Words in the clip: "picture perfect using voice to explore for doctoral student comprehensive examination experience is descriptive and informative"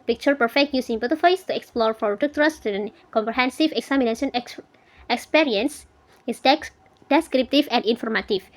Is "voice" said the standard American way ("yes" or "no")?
no